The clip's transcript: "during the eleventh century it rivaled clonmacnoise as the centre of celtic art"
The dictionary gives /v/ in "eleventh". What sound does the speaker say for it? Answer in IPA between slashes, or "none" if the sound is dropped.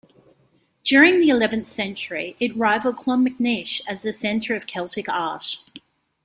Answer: /v/